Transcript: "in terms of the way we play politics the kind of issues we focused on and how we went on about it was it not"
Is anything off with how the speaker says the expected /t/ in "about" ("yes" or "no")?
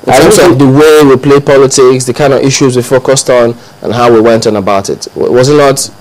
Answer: no